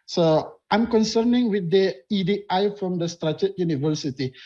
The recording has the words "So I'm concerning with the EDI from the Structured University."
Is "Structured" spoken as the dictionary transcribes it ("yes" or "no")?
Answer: no